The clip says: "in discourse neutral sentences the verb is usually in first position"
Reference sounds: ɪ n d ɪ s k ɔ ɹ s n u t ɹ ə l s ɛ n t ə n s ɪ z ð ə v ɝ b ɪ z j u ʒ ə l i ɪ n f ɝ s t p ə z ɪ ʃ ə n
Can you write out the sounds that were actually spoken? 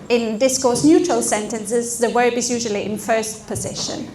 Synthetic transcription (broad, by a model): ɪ n d ɪ s k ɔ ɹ s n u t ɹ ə l s ɛ n t ə n s ɪ z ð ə w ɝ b ɪ z j u ʒ ə l i ɪ n f ɝ s t p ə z ɪ ʃ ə n